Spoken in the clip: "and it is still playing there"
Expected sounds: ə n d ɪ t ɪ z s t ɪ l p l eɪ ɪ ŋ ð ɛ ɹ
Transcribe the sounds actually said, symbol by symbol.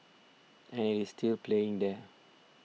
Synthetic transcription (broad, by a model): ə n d ɪ t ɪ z s t ɪ l p l eɪ ɪ ŋ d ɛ